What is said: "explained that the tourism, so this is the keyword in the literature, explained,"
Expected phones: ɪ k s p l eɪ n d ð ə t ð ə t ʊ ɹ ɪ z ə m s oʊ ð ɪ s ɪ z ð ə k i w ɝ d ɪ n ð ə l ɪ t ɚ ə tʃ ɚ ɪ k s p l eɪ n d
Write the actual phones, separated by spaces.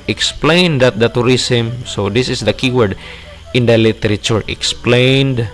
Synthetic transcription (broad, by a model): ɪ k s p l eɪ n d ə t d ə t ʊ ɹ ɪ s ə m s oʊ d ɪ s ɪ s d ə k i w ɝ d ɪ n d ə l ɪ t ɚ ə tʃ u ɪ k s p l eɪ n d